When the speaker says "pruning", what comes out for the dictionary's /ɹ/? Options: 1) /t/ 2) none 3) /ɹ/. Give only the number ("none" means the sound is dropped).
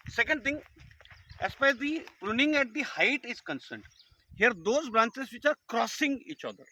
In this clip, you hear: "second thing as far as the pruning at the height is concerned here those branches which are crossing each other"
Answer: 3